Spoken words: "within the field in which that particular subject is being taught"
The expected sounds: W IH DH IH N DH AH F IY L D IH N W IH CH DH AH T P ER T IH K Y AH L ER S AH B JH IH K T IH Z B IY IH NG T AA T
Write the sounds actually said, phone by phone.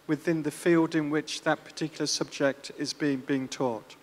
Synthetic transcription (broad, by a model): W IH DH IH N DH AH F IY L D IH N W IH CH DH AH T P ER T IH K Y L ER S AH B JH IH K T IH Z B IY IH NG T AA T